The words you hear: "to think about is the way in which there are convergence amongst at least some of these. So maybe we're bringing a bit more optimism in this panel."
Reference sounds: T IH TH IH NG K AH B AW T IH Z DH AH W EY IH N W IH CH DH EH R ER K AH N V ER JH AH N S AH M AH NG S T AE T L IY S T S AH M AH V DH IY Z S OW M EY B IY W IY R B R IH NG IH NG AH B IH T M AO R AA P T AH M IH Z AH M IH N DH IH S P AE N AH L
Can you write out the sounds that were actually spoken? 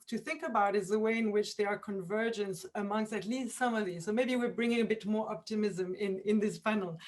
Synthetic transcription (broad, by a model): T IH TH IH NG K AH B AW T IH Z DH AH W EY IH N W IH CH DH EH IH ER K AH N V ER JH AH N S AH M AH NG S T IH T L IY S T S AH M AH V DH IY Z S OW M EY B IY W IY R B R IH NG IH NG AH B IH T M AO R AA P T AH M IH Z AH M IH N DH IH S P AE N L